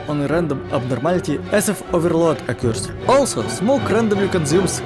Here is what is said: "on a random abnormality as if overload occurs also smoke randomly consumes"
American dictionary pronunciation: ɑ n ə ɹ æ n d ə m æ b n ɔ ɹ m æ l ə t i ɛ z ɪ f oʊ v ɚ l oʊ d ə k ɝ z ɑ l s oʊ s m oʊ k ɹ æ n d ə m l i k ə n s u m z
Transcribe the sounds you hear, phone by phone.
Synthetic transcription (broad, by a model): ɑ n ə ɹ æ n d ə m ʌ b n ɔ ɹ m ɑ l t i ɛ s ɪ f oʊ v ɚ l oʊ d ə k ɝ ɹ ɑ l s oʊ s m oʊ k ɹ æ n d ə m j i k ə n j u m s